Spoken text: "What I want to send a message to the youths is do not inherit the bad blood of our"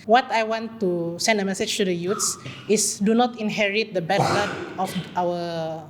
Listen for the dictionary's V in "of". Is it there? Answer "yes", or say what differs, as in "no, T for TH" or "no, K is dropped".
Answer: no, F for V